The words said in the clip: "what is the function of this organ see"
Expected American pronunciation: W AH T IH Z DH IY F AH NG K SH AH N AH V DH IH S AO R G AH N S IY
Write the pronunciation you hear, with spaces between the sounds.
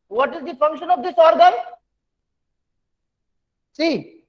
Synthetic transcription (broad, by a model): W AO T IH Z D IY F AH NG K SH AH N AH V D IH S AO R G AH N S IY